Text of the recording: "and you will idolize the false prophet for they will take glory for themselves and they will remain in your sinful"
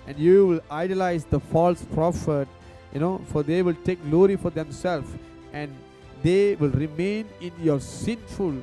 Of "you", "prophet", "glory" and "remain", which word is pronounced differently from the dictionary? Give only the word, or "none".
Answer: none